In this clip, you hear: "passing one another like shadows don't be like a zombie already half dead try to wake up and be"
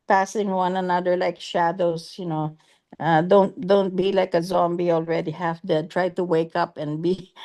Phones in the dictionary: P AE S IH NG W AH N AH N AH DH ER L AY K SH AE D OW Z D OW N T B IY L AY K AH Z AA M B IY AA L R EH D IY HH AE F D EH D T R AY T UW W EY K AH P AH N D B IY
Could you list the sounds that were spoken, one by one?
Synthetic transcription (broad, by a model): P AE S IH NG W AH N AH N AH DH ER L AY K SH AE D OW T D OW N T B IY L AY K AH Z AA M B IY AA L R EH D IY HH AE F D EH D T R AY T UW W EY K AH P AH N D B IY